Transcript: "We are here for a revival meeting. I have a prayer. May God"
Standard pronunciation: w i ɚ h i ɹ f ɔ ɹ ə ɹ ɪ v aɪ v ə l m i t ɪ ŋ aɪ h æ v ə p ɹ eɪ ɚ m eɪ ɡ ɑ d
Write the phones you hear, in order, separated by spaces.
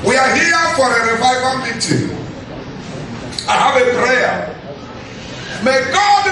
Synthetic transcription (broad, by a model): w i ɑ h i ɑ f ɔ ɹ ə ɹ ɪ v aɪ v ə n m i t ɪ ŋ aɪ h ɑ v ə p ɹ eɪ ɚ m eɪ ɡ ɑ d